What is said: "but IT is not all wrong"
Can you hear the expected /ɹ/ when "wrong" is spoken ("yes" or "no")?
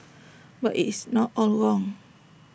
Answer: no